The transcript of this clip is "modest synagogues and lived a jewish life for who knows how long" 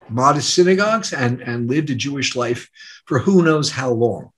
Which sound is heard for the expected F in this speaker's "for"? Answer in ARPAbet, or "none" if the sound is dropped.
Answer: F